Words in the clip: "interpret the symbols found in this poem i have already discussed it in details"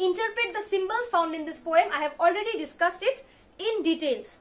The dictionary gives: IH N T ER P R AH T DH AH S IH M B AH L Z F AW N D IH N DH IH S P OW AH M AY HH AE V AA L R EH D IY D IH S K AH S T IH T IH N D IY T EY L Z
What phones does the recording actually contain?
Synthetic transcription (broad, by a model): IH N T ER P R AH T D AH S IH M B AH L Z F AW N D IH N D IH S P OW AH M AY HH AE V AA L R EH D IY D IH S K AH S T IH T IH N D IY T EY L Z